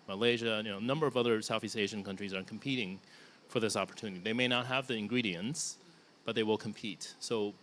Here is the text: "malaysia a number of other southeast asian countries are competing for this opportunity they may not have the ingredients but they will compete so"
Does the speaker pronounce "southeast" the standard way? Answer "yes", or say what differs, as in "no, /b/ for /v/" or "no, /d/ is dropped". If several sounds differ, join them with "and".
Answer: yes